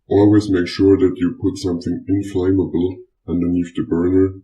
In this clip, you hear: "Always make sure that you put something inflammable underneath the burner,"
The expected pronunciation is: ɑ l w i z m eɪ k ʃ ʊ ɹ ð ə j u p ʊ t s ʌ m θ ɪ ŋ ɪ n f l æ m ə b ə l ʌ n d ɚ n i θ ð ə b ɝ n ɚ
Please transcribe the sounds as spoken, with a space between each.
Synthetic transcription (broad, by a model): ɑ l w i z m eɪ k ʃ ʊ ɹ ð ə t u p ʊ t s ʌ m θ ɪ ŋ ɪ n f l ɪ m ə b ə l ʌ n d ɚ n i θ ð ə b ɝ n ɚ